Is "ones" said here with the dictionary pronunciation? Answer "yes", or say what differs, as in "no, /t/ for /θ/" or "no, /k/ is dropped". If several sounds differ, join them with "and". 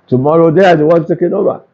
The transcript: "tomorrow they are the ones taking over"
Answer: no, /z/ is dropped